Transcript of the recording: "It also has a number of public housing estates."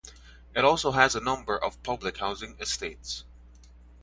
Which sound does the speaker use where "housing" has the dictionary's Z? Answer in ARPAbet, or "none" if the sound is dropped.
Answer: Z